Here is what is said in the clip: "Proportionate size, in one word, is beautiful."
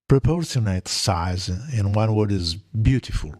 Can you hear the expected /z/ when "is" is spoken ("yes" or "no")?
yes